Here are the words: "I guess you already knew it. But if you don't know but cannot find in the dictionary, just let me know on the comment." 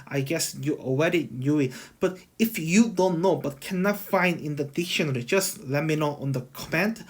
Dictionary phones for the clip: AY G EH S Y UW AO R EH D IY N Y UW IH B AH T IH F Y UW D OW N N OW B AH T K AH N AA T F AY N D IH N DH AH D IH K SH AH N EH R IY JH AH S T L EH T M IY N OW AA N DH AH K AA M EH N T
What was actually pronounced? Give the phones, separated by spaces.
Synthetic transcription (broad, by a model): AY G EH S Y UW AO W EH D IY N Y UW IH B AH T IH F Y UW D OW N N OW B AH T K AH N AA T F AY N D IH N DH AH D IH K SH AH N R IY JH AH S L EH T M IY N OW AA N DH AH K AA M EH N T